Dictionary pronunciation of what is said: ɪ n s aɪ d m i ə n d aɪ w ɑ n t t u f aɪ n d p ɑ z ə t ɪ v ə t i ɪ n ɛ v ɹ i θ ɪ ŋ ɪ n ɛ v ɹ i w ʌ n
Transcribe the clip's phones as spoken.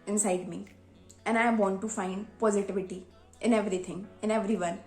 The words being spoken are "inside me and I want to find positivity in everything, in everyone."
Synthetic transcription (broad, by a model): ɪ n s aɪ d m i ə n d aɪ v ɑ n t t u f aɪ n d p ɑ z ə t ɪ v ə t i ɪ n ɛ v ɹ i t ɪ ŋ ɪ n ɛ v ɹ i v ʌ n